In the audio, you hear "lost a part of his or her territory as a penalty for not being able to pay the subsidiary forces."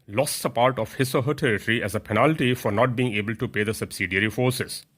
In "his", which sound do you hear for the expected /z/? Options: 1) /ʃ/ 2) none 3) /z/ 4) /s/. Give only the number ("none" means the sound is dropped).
4